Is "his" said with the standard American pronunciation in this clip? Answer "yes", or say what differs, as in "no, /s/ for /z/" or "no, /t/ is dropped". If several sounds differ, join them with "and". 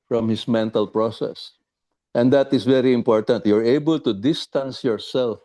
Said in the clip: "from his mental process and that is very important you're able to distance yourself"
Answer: no, /s/ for /z/